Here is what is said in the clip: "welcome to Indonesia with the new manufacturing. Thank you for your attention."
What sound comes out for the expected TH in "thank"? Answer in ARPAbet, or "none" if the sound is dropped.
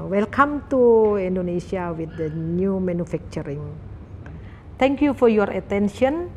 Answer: T